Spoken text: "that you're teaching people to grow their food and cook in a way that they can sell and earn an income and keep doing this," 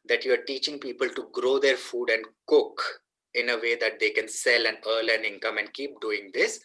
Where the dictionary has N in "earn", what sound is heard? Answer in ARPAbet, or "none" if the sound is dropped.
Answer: L